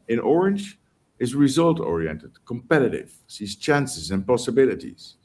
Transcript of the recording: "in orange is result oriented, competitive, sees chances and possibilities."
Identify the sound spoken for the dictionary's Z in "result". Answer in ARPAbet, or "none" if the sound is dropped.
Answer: Z